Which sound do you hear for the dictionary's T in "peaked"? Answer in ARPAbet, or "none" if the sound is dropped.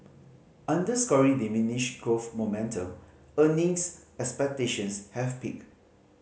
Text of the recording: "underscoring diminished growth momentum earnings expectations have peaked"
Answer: none